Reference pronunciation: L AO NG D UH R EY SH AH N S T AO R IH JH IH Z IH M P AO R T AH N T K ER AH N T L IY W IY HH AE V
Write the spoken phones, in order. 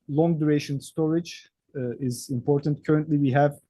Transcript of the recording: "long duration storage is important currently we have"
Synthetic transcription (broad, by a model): L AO NG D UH R EY SH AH N S T AO R IH JH IH Z IH M P AO R T AH N T K ER AH N T L IY W IY HH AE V